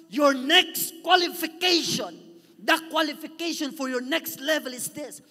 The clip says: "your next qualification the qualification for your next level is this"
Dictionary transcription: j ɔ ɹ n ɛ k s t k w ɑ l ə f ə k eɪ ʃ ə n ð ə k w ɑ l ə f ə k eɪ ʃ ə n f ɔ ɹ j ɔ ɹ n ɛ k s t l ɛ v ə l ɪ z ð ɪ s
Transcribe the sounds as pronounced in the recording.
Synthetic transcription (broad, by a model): j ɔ ɹ n ɛ k s t k w ɑ l ə f ə k eɪ ʃ ə n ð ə k w ɑ l ə f ə k eɪ ʃ ə n f ɔ ɹ j ɔ ɹ n ɛ k s t l ɛ v ə l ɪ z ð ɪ s